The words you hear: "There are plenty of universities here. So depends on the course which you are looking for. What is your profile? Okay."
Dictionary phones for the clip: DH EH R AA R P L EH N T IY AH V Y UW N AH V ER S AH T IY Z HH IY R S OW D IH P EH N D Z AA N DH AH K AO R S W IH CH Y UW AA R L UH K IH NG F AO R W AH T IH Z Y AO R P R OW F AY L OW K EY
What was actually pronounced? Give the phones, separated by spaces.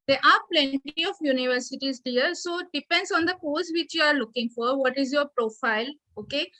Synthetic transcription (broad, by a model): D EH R AA R P L EH N T IY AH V Y UW N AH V ER S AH T IY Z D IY R S OW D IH P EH N D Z AA N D AH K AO L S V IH CH Y UW AA R L UH K IH NG F AO R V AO T IH Z Y AO R P R OW F AY L OW K EY